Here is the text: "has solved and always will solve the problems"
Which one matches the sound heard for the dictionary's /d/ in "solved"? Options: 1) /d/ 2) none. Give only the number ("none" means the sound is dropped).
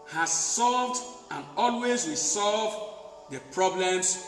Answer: 1